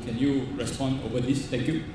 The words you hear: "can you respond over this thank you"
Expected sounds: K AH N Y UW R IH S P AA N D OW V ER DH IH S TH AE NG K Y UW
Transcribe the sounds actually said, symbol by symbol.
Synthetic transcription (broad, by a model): K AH N Y UW R IH S P AA N D OW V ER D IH S T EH K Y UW